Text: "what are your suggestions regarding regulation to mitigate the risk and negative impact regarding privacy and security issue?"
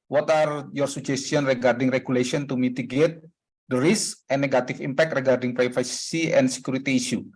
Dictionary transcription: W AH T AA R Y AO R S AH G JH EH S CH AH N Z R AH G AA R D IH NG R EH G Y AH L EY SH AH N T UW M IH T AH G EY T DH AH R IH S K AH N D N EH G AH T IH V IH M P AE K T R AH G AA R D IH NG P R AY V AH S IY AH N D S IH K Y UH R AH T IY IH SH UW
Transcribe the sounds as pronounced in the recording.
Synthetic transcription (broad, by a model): W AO T AA R Y AO R S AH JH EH S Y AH N R AH G AA R D IH NG R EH G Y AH L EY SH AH N T UW M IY T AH G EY T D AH R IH S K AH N N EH G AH T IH F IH M P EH K T R AH G AA R D IH NG P R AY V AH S IY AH N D S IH K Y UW R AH T IY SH UW